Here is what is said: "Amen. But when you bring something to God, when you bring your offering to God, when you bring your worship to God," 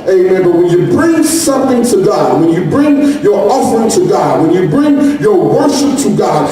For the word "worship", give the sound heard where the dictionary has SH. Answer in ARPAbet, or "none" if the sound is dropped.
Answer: SH